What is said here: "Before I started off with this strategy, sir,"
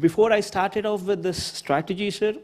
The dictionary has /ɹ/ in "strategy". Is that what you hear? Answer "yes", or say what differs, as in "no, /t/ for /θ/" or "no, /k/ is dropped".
yes